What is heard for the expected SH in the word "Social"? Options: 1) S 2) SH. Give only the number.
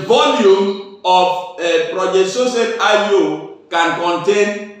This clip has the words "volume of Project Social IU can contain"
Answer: 1